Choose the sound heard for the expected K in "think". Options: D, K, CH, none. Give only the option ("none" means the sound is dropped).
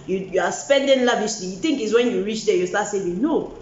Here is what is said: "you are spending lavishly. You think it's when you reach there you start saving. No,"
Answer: K